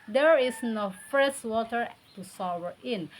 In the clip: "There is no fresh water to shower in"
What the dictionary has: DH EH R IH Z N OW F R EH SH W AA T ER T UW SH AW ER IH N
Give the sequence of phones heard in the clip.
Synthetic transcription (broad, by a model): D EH R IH S N OW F R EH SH W AA T ER T UW S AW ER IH N